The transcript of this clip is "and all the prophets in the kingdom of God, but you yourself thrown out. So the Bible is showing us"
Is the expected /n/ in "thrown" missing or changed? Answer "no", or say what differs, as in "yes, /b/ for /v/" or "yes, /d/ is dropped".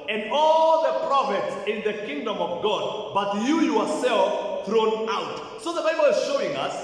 no